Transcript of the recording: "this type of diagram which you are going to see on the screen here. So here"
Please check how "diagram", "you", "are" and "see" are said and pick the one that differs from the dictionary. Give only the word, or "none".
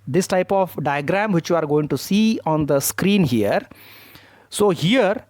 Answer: none